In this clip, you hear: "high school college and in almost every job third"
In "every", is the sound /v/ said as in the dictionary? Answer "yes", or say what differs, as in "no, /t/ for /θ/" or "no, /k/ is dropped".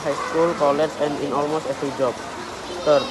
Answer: no, /f/ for /v/